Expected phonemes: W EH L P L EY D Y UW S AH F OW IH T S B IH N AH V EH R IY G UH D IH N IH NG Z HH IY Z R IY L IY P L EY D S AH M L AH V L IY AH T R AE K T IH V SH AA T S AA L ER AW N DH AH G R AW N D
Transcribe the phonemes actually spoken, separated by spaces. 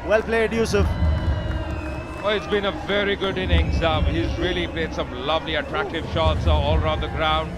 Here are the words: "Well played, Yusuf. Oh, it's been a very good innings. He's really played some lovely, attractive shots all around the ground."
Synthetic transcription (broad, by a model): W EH L P L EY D Y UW S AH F OW IH T S B IH N AH V EH R IY G UH D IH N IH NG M HH IY Z R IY L IY P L EY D S AH M L AH V L IY AH T R AE K T IH V SH AA T S AA L ER AW N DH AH G R AW N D